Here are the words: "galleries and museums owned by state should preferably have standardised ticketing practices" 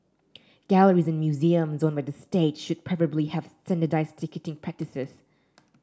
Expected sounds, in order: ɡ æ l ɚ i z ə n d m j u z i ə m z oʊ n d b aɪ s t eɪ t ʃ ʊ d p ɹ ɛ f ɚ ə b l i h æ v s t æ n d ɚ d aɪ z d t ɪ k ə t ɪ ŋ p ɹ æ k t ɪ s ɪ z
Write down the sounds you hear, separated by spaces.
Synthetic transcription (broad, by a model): ɡ æ l ɚ i z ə n m j u z i ə m z oʊ n b aɪ s t eɪ t ʃ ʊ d p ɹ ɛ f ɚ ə b l i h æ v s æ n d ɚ d aɪ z t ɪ k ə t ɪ ŋ p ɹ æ k t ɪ s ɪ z